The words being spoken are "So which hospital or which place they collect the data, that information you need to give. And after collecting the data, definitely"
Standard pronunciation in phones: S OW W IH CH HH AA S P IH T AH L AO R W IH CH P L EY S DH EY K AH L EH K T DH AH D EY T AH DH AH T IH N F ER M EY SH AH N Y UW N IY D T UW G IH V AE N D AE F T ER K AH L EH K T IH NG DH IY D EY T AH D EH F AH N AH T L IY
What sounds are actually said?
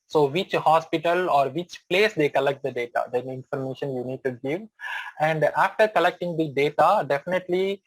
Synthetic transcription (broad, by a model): S OW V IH CH HH AA S P IH T AH L AO R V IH CH P L EY S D EY K AH L EH K T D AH D EY T AH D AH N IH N F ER M EY SH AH N Y UW N IY D T UW G IH V AE N D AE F T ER K AH L EH K T IH NG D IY D EY T AH D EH F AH N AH T L IY